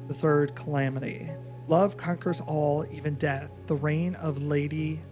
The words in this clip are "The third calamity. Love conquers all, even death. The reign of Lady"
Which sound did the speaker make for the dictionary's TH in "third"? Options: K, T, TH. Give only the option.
TH